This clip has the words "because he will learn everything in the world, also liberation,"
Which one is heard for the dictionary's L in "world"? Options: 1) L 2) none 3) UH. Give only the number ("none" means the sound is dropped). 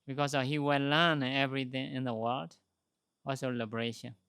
1